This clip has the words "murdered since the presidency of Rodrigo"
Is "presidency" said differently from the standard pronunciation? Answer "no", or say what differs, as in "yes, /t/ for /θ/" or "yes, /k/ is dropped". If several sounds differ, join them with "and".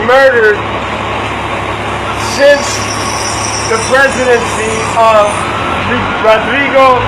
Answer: no